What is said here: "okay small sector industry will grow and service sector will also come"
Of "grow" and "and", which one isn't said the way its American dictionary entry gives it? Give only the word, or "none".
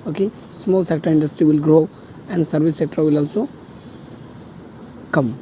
none